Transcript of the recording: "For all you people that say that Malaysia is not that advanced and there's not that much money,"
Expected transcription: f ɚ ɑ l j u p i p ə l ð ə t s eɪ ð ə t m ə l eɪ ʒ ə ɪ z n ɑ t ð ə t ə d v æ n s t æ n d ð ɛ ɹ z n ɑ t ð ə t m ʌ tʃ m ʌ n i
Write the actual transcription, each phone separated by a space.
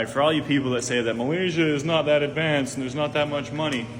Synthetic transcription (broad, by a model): f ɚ ɑ l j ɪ p i p l ð ə t s eɪ ð ə t m ə l eɪ ʒ ə ɪ z n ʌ t ð ə t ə d v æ n s n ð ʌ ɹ z n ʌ t ð ə t m ʌ tʃ m ʌ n i